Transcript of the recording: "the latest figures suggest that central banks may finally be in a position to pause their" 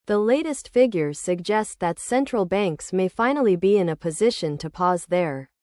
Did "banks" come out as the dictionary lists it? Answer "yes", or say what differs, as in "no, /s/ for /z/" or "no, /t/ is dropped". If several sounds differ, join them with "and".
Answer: yes